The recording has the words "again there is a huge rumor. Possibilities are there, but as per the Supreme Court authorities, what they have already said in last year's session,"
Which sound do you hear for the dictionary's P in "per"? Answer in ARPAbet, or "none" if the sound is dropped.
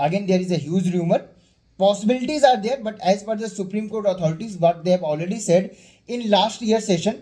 F